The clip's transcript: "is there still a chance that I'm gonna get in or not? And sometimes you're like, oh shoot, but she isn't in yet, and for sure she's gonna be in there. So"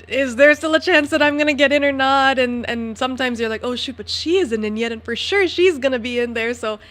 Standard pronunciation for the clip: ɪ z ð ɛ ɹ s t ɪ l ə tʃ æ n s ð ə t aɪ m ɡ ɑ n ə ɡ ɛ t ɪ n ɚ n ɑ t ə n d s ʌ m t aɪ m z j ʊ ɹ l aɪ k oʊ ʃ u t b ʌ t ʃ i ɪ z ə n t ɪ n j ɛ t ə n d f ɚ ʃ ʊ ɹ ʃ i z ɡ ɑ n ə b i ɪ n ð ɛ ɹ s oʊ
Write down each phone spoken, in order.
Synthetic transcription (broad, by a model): ɪ z ð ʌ ɹ s t ɪ l ə tʃ æ n s ð ə t aɪ m ɡ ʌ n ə ɡ ɛ t ɪ n ɚ n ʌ t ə n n s ʌ m t aɪ m z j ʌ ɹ l aɪ k oʊ ʃ u t b ʌ t ʃ i ɪ z ə n t ɪ n j ɛ t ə n f ɚ ʃ ʊ ɹ ʃ i z ɡ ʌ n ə b i ɪ n ð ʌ ɹ s oʊ